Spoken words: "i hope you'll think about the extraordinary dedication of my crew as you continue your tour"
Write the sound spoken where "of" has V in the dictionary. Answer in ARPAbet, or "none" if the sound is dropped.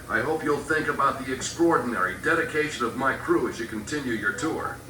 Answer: V